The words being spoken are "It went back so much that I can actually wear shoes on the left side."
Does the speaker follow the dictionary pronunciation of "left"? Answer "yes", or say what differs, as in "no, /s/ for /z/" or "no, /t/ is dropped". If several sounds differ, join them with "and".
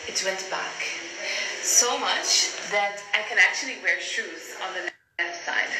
no, /n/ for /l/